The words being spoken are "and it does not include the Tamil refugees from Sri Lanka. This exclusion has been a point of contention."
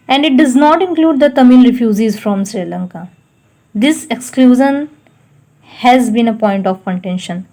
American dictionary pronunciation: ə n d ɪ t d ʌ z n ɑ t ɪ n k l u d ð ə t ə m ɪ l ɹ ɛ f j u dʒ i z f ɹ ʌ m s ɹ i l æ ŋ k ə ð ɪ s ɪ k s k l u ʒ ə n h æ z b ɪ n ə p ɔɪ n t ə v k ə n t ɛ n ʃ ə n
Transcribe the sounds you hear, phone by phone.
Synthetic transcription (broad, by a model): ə n d ɪ t d ʌ z n ɑ t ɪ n k l u d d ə t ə m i l ɹ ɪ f j u z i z f ɹ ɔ m s ɹ i l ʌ ŋ k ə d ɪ s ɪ k s k l u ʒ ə n h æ z b ɪ n ə p ɔɪ n t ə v k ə n t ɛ n ʃ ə n